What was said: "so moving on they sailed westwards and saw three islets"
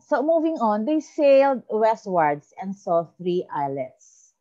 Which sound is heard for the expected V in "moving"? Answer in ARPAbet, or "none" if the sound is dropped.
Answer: V